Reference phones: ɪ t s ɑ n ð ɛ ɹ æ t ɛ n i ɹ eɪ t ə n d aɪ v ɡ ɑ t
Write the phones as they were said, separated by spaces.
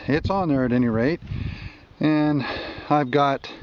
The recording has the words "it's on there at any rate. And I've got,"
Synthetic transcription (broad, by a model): ɪ t s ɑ n ð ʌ ɹ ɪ t ɛ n i ɹ eɪ t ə n aɪ v ɡ ɑ t